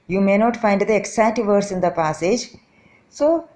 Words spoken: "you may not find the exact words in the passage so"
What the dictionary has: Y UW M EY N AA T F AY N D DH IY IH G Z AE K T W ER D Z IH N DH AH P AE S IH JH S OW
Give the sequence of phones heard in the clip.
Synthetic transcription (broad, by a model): Y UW M EY N AA T F AY N D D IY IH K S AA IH T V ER D S IH N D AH P AE S IH JH S OW